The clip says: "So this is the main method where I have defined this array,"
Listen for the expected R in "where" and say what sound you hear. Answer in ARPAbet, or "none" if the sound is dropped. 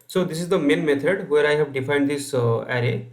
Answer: R